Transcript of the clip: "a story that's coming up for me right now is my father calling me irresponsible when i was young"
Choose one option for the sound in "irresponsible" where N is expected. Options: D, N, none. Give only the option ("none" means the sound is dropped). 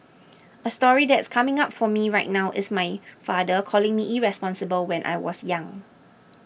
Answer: N